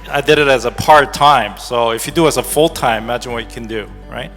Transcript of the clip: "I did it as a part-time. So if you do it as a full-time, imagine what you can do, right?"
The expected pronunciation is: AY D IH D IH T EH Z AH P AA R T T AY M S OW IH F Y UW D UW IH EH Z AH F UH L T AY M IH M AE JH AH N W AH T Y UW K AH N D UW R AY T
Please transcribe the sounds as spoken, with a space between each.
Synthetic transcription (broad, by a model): AY D IH D IH T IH Z AH P AA R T T AY M S OW IH F Y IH D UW IH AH S AH F UH L T AY M IH M AE JH AH N W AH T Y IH K AH N D UW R AY T